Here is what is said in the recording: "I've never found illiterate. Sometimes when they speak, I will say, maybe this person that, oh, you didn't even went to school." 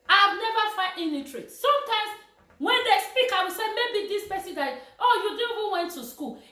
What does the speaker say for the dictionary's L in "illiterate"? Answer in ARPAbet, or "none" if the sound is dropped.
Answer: N